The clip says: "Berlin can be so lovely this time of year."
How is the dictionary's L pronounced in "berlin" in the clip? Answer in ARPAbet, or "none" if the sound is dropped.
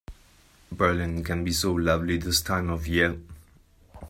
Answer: L